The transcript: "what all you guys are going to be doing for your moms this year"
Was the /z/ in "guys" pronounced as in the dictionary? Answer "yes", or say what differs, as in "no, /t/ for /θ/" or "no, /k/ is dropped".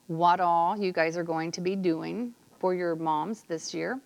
yes